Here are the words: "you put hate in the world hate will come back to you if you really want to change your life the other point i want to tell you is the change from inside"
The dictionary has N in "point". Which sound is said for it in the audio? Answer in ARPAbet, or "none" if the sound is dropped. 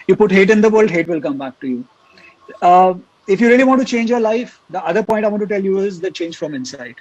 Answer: none